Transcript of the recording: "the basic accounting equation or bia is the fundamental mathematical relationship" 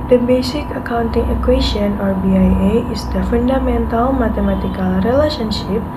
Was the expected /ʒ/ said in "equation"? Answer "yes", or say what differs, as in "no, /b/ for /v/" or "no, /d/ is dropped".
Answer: no, /s/ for /ʒ/